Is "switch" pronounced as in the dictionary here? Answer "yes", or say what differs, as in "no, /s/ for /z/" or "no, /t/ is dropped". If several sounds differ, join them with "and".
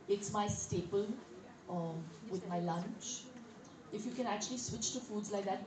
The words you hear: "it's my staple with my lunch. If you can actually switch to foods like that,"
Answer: yes